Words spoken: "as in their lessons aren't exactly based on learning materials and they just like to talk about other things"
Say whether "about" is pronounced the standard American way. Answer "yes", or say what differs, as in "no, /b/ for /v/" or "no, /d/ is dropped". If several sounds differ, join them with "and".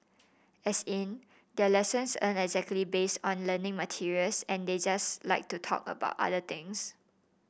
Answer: yes